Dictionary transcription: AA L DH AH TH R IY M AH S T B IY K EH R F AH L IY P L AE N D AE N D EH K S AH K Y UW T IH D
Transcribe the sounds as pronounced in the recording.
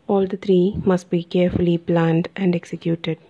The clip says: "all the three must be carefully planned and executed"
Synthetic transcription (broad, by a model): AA L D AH T R IY M AH S T B IY K EH R F AH L IY P L AE N D AE N D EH K S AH K Y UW T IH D